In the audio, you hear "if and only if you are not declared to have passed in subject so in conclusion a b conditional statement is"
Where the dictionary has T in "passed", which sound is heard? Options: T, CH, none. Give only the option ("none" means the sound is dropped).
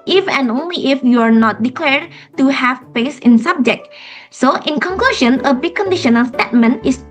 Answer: none